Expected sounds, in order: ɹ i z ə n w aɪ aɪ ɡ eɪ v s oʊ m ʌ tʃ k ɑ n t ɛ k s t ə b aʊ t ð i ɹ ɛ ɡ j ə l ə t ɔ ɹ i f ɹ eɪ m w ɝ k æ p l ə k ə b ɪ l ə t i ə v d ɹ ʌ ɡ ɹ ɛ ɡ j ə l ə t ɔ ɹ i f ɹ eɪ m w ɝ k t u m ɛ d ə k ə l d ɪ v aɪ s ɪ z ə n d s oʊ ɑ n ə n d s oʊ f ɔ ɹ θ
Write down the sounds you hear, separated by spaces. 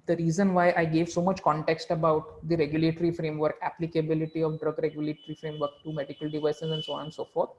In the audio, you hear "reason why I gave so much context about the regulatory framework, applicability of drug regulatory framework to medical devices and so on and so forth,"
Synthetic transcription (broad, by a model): ɹ i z ə n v aɪ aɪ ɡ eɪ v s oʊ m ʌ tʃ k ɑ n t ɛ k s t ə b aʊ t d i ɹ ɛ ɡ j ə l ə t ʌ ɹ i f ɹ eɪ m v ɝ k æ p l ə k ə b ɪ l ə t i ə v d ɹ ʌ ɡ ɹ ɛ ɡ j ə l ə t ɹ i f ɹ eɪ m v ɝ k t u m ɛ d ə k ə l d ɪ v aɪ s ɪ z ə n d s oʊ ɑ n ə n s oʊ f ɔ ɹ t